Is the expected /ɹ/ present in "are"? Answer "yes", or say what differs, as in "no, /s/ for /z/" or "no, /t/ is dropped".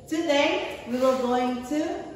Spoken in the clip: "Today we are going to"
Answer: no, /l/ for /ɹ/